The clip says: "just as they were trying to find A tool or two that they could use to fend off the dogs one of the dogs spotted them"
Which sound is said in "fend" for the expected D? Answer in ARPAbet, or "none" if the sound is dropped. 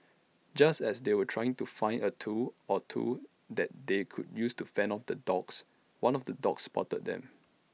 none